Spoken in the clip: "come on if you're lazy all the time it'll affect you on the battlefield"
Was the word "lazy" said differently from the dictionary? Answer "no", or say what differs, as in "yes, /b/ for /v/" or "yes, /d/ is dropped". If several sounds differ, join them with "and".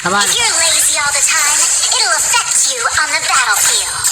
no